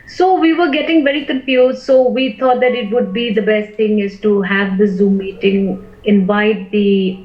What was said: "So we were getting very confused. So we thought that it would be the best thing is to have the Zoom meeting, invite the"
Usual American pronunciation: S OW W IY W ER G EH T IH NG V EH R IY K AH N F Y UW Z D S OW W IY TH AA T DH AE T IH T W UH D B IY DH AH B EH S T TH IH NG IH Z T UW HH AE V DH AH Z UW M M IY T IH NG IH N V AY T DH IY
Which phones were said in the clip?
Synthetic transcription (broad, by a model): S OW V IY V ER G EH T IH NG V EH R IY K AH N F Y UW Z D S OW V IY T AA T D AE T IH T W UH D B IY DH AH B EH S T T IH NG IH Z T UW HH AE V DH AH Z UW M M IY T IH NG IH N V AY T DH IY